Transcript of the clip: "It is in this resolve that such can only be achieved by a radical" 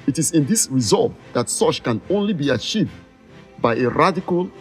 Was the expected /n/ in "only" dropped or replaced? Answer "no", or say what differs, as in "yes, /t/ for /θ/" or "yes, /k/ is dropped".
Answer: no